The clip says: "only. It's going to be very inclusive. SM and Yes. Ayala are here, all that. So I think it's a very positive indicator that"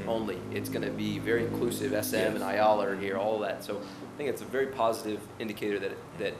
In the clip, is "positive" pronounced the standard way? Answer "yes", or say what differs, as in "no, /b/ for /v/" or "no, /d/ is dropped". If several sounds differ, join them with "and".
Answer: yes